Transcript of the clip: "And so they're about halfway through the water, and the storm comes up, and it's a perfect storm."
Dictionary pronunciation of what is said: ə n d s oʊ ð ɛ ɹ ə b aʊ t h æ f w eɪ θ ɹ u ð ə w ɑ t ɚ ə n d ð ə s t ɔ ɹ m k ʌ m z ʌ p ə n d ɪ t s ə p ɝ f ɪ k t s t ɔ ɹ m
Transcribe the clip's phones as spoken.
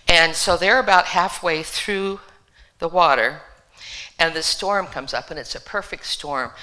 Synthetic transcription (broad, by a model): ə n s oʊ ð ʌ ɹ ə b aʊ t h æ f w eɪ θ ɹ u ð ə w ɑ t ɚ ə n ð ə s t ɔ ɹ m k ʌ m z ʌ p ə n ɪ t s ə p ɝ f ɪ k t s t ɔ ɹ m